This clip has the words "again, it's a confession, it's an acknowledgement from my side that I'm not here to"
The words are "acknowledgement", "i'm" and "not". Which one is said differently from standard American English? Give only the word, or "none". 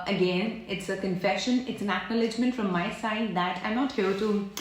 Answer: none